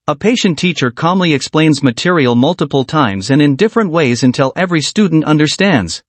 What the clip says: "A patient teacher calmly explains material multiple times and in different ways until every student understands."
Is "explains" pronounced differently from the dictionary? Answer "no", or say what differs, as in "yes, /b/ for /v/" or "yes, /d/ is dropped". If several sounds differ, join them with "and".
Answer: no